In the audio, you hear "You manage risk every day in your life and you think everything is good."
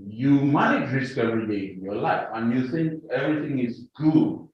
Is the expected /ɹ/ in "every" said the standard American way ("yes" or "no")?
no